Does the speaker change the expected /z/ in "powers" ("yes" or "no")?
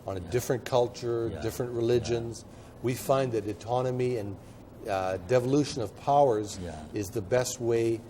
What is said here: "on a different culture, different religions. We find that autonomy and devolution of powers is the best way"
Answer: no